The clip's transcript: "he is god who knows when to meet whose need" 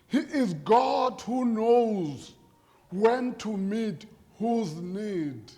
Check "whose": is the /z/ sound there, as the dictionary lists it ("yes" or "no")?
yes